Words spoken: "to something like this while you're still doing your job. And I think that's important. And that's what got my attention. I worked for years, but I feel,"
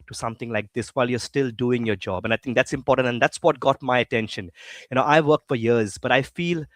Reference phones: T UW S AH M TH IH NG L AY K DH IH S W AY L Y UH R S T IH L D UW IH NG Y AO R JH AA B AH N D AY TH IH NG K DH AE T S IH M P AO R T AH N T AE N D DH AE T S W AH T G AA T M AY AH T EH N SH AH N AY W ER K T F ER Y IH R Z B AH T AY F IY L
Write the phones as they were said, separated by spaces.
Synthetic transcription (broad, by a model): T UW S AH M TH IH NG L AY K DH IH S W AY L Y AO S T IH L D UW IH NG Y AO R JH AA B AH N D AY T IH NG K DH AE T S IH M P AO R T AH N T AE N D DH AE T S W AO T G AA T M AY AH T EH N SH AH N AY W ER K T F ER Y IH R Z B AH T AY F IY L